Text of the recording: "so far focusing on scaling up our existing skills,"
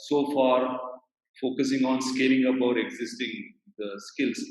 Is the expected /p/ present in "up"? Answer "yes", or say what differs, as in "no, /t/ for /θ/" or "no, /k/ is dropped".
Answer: no, /b/ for /p/